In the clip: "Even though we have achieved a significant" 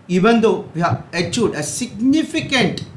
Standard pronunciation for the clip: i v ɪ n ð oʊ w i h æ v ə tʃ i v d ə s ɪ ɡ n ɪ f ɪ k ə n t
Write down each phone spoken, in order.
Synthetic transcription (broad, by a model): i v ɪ n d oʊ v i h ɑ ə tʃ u d ə s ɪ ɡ n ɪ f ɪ k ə n t